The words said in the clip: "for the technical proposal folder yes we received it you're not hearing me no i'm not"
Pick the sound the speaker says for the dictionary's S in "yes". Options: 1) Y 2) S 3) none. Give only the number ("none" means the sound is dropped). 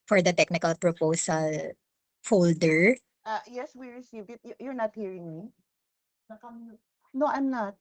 2